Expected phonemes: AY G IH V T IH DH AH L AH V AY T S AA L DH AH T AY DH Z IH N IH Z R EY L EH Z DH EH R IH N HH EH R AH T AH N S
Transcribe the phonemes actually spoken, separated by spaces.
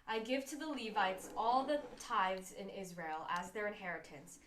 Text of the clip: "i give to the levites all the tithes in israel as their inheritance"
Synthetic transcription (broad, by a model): AY G IH V T IH DH AH L AH V AY T S AA L DH AH T AY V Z IH N IH Z R EY L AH Z DH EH R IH N HH EH R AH T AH N S